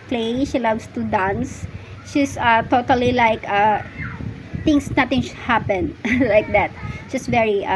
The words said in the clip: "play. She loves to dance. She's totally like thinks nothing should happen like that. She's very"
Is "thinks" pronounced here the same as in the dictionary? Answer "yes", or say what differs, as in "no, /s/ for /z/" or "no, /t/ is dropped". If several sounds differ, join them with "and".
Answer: no, /k/ is dropped